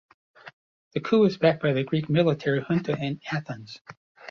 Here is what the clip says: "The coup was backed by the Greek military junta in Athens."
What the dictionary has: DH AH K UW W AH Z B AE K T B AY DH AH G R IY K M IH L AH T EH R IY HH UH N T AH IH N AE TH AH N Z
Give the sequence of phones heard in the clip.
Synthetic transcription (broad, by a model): DH AH K UW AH Z B AE K B AY DH AH G R IY K M IH L AH T EH R IY HH UH N T AH IH N AE TH AH N Z